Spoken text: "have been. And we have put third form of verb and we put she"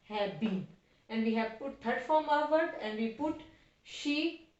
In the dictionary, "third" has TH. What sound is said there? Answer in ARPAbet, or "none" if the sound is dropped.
T